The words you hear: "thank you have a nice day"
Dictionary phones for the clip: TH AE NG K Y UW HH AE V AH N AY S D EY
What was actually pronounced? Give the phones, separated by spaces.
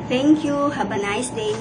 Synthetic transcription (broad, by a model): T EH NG K Y UW HH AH B AH N AY S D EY